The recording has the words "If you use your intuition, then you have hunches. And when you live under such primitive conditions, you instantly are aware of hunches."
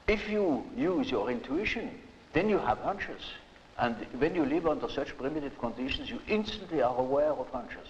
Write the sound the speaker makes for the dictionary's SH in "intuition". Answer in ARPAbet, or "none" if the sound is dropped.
SH